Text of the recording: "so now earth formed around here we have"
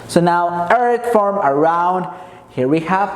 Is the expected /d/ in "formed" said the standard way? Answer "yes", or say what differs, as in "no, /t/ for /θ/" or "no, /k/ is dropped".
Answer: no, /d/ is dropped